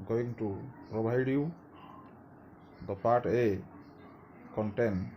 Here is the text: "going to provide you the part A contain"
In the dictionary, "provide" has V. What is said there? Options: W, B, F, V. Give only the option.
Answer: B